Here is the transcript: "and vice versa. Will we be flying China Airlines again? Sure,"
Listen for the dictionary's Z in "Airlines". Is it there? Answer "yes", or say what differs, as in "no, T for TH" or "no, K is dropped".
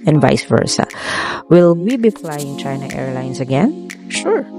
no, S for Z